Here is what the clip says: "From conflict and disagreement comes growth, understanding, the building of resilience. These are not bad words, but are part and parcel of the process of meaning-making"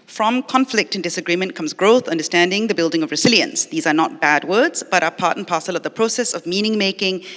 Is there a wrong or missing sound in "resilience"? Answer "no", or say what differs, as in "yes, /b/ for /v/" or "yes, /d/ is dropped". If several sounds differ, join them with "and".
no